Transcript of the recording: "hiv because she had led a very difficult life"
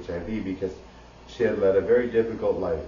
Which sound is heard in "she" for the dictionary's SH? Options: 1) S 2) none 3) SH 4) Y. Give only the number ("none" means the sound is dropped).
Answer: 3